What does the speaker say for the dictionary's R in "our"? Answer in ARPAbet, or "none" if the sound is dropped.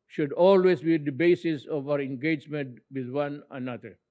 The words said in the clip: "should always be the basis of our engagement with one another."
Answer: R